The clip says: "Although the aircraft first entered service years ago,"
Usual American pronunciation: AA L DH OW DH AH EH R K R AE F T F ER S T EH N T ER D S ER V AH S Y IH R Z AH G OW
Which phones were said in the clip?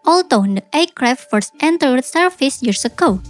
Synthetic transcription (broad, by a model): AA L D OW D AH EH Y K R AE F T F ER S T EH N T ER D S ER F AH S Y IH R S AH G OW